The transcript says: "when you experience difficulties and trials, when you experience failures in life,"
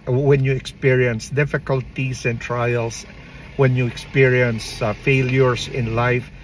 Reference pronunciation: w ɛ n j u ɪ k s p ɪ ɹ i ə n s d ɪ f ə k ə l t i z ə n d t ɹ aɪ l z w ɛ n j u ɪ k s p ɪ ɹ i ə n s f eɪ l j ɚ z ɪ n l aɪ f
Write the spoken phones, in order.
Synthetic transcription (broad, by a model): w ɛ n j u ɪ k s p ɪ ɹ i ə n s d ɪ f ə k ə l t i s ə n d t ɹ aɪ l s w ɛ n j u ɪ k s p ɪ ɹ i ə n s f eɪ l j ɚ s ɪ n l aɪ f